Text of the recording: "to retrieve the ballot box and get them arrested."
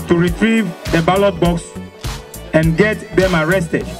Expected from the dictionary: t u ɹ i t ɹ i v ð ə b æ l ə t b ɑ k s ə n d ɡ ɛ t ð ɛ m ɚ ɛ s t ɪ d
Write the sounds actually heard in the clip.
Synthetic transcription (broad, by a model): t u ɹ i t ɹ i v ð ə b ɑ l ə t b ɑ k s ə n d ɡ ɛ t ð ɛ m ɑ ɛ s t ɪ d